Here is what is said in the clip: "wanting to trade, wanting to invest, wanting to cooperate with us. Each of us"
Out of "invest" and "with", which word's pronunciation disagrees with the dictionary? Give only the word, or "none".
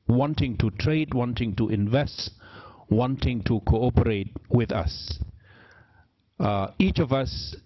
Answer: none